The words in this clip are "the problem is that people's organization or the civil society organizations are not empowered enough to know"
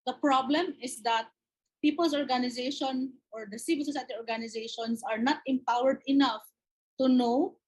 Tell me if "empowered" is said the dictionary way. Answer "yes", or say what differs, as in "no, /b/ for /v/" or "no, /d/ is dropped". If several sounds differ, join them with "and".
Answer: yes